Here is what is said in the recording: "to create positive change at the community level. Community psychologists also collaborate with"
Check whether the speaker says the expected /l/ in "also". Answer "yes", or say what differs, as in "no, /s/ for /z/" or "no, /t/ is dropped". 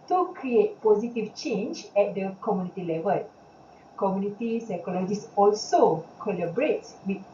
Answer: yes